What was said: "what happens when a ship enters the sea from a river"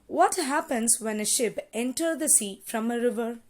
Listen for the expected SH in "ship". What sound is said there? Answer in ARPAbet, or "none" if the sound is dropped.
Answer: SH